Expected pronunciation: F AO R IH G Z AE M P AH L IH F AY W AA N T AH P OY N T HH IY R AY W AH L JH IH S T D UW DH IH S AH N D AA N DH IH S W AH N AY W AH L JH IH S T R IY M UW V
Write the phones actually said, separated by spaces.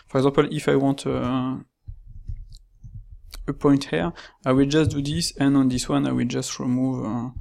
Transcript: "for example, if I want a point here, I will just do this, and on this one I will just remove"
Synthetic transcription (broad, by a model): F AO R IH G Z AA P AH L IH F AY W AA T AH P OY N T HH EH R AY W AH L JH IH S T D UW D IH S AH N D AA N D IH S W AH N AY W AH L JH IH S T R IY M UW V